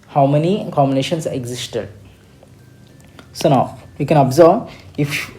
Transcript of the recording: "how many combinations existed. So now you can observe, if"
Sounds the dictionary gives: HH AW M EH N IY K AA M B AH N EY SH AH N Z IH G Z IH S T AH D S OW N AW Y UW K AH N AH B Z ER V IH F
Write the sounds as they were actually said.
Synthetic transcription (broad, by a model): HH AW M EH N IY K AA M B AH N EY SH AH N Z IH G Z IH S T AH D S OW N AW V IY K AH N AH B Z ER B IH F